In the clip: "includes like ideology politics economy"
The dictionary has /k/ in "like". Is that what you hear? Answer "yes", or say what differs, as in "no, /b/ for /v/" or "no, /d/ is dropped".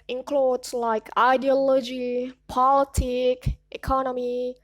yes